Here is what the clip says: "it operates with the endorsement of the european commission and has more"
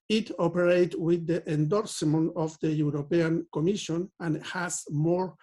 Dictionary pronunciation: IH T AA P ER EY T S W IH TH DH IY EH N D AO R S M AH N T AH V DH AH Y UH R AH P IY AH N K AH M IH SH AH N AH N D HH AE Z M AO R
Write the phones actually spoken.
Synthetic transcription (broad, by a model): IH T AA P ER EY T W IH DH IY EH N D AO R S M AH N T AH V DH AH Y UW R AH P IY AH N K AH M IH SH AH N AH N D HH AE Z M AO R